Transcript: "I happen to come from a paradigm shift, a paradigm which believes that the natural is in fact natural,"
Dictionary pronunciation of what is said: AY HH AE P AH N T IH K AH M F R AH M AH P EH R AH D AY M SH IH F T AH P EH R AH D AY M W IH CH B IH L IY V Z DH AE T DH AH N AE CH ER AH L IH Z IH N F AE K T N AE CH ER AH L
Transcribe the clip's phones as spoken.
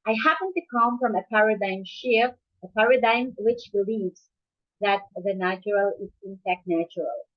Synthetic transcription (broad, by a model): AY HH AE P AH N T IH K AH M F R AH M AH P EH R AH D AY M SH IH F AH P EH R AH D AY M W IH CH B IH L IY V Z DH AE T DH AH N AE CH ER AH L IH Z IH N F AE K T N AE CH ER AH L